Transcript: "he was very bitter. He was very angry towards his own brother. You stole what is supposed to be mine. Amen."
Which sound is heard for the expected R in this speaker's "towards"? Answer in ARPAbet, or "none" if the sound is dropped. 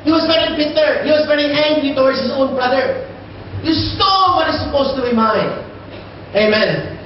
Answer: W